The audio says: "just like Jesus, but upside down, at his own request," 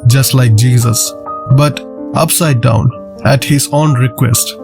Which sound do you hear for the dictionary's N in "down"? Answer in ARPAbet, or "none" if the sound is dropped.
N